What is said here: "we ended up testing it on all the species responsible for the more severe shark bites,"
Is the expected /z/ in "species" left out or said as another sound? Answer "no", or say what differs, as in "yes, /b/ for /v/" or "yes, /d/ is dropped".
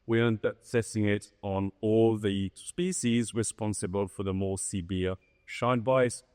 no